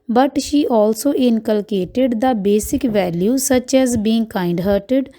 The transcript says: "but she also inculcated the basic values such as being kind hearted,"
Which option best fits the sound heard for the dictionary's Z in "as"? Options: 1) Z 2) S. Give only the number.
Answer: 1